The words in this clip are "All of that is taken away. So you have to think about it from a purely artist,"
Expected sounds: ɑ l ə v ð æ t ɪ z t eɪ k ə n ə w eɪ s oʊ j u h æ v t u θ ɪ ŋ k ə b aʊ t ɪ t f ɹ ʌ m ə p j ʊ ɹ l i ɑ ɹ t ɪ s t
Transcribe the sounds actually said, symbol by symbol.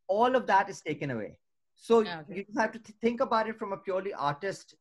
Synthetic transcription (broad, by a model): ɑ l ə v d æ t ɪ z t eɪ k ə n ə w eɪ s oʊ j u h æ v t u t ɪ ŋ k ə b aʊ t ɪ t f ɹ ʌ m ə p j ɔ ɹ l i ɑ ɹ t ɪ s t